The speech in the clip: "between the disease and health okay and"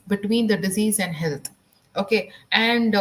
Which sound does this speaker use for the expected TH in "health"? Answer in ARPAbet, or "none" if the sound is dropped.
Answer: T